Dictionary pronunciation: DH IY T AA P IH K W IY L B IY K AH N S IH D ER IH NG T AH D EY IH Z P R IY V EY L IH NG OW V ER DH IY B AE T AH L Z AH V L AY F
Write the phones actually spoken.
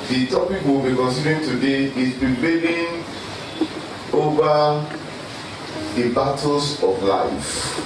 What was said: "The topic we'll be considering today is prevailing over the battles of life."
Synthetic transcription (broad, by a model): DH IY T AA P IH K W IY L B IY K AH N S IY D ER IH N T AH D EY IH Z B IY B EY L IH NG OW V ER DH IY B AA T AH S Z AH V L AY F